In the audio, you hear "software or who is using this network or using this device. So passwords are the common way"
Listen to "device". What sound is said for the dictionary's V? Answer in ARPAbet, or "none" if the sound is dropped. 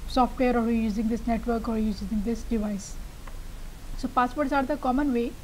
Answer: V